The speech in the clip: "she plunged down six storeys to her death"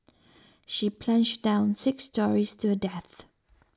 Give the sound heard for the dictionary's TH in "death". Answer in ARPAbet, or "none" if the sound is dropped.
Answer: TH